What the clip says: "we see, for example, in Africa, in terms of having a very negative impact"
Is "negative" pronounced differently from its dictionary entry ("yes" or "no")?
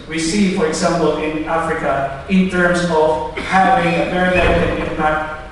yes